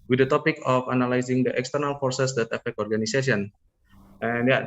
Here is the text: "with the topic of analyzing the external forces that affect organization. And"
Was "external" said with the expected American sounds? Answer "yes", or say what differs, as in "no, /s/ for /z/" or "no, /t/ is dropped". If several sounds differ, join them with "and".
yes